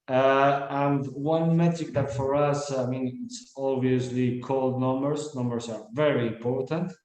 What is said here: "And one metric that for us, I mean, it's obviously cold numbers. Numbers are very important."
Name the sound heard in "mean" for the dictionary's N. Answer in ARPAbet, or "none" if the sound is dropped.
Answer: N